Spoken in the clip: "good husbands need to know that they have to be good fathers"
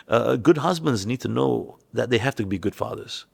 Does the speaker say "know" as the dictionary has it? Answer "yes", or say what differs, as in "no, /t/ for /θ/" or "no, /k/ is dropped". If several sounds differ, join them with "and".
yes